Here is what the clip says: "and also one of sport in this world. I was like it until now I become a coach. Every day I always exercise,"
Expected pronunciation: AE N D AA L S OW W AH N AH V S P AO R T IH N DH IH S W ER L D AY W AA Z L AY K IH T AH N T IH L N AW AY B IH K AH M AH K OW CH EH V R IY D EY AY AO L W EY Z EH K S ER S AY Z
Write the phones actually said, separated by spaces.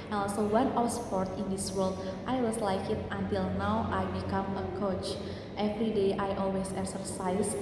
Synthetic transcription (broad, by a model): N AA L S OW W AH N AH W S P AO R T IH N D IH S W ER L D AY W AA S L AY K IH T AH N T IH L N AW AY B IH K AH M AH K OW CH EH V R IY D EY AY AO L W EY S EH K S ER S AY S